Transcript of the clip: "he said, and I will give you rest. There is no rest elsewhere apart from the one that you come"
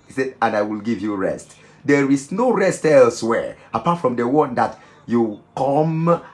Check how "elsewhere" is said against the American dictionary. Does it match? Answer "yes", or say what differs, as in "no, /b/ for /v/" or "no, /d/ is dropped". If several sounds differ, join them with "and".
yes